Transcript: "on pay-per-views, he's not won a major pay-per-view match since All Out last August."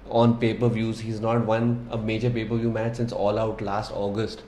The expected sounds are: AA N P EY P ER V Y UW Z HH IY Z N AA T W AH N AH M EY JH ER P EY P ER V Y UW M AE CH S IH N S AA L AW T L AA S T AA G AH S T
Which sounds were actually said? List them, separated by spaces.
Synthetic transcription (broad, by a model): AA N P EY P ER V Y UW Z HH IY Z N AA T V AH N AH M EY JH ER P EY P ER V Y UW M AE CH S IH N S AA L AW T L AA S T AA G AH S T